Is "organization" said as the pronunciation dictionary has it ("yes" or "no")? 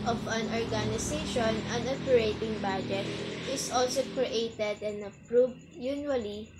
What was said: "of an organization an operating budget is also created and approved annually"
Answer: no